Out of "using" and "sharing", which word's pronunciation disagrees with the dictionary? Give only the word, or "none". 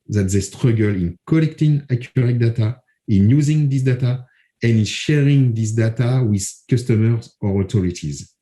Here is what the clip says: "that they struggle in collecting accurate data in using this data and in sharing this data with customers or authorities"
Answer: none